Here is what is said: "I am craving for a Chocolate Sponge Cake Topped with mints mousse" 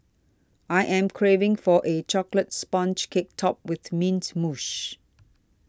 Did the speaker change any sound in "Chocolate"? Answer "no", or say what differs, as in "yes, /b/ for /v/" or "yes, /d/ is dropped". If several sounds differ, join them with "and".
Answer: no